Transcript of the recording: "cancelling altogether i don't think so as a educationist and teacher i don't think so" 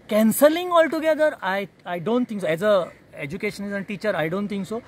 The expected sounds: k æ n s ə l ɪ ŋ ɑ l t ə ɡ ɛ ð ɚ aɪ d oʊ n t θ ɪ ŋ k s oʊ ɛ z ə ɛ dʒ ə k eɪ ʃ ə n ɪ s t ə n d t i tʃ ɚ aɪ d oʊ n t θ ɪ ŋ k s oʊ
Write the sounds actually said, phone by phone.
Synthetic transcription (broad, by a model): k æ n s ə l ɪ ŋ ɑ l t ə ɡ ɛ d ɚ aɪ d oʊ n t t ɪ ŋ k s oʊ ɛ z ə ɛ dʒ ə k eɪ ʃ ə n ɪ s ə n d t i tʃ ɚ aɪ d oʊ n t t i ŋ k s oʊ